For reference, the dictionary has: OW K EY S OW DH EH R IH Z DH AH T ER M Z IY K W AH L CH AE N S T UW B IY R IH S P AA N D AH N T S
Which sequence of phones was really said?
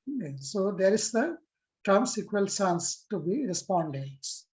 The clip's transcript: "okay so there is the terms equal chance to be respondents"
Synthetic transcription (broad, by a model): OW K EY S OW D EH R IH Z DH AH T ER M S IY K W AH L S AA N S T UW B IY R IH S P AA N D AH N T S